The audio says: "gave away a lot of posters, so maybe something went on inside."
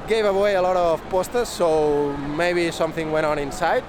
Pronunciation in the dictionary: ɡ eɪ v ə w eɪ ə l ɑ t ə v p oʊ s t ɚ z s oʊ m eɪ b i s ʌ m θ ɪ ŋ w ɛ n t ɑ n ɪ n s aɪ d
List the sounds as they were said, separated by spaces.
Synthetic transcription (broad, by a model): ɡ eɪ v ə w eɪ ə l ɑ t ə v p oʊ s t ɚ z s oʊ m eɪ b i s ʌ m θ ɪ ŋ w ɛ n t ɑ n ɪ n s aɪ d